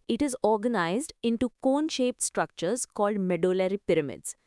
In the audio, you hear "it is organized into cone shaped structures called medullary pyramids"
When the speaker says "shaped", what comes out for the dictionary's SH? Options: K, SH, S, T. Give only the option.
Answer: SH